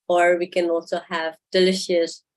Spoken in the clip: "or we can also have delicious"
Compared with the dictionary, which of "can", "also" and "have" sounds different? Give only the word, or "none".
none